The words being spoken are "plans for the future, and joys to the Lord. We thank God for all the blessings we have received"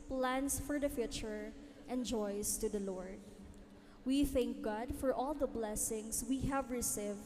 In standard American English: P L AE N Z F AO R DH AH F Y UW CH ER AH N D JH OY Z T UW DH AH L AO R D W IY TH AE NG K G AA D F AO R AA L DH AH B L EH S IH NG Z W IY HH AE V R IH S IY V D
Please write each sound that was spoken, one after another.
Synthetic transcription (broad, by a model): P L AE N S F AO R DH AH F Y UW CH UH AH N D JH OY S T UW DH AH L AO R D W IY TH AE NG K G AA D F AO R AA L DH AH B L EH S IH NG S W IY HH AE V R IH S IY V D